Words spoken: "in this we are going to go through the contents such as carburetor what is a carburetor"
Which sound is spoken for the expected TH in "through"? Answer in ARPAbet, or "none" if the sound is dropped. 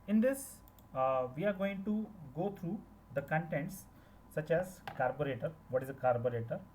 T